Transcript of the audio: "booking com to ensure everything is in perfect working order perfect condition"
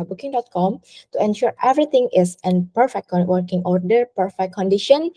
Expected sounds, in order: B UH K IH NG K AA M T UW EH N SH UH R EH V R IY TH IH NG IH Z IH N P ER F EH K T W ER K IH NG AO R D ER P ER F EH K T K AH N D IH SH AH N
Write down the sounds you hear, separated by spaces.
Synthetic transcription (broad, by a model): B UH K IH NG K AA M T UW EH N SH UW R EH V R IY T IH NG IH S IH N P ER F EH K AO W ER K IH NG AO R D ER P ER F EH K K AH N D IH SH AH N